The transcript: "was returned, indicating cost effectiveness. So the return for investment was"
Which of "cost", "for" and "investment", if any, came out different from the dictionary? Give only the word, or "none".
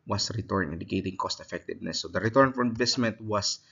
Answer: none